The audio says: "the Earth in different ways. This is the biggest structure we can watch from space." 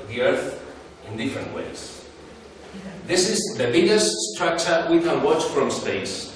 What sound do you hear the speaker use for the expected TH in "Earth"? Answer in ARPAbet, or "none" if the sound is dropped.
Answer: TH